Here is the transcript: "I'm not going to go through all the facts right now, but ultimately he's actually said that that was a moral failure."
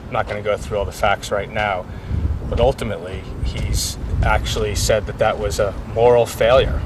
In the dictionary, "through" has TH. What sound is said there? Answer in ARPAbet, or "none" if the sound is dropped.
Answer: TH